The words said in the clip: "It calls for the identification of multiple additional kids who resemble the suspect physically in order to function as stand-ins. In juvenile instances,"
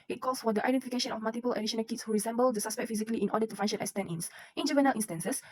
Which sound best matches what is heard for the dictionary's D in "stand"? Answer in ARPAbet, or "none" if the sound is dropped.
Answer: none